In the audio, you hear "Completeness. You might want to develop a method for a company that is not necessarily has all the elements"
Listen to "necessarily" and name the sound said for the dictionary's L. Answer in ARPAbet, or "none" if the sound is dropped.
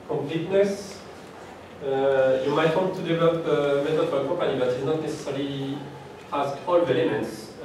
none